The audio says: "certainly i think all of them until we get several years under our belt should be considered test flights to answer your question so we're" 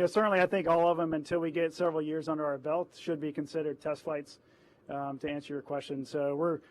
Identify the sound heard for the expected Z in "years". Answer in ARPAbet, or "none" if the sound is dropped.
Z